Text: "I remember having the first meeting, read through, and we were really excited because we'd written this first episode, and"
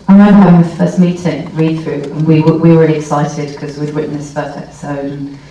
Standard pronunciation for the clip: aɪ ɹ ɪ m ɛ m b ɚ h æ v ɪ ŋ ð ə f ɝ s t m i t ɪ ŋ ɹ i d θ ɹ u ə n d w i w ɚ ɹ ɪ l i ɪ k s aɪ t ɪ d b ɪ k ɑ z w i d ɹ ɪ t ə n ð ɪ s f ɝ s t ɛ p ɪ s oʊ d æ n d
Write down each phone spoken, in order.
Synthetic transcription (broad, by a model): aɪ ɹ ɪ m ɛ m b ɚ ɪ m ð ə f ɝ s t m i t ɪ ŋ ɹ i d θ ɹ u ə n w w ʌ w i ɹ ɪ l i ɪ k s aɪ t ɪ d k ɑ z w i d w ɪ t n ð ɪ s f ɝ s t ɛ p ɪ s oʊ d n